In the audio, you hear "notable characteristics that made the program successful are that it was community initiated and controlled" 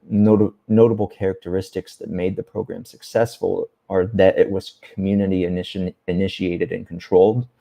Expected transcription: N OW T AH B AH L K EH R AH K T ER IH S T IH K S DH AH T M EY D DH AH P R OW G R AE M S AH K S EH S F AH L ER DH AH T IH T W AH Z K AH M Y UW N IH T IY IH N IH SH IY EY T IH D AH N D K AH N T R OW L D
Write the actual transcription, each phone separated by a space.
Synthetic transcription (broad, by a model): N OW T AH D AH L K EH R AH K T ER IH S T IH K S DH AH T M EY D DH AH P R OW G R AE M S AH K S EH S F AH L ER DH AH T IH T W AH Z K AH M Y UW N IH T IY IH N IH SH IY EY T IH D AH N K N T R OW L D